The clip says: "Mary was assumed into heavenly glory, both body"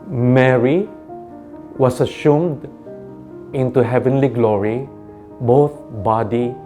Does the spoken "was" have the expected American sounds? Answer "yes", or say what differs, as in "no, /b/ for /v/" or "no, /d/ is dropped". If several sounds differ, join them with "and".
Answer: no, /s/ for /z/